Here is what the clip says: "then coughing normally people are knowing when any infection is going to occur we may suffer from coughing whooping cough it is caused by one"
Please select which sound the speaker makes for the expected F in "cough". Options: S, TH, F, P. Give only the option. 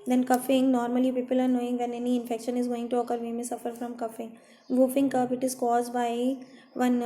P